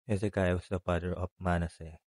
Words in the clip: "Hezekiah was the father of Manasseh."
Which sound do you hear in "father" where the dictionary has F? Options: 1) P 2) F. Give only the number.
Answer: 1